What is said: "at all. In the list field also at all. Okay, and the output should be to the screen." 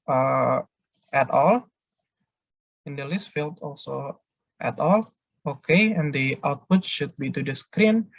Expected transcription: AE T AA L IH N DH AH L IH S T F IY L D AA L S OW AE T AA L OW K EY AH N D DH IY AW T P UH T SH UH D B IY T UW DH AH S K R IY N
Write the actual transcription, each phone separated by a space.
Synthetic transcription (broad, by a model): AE T AA L IH N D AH L IH S T F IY L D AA L S OW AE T AA L OW K EY AH N D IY AW T P UH T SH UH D B IY T UW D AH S K R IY N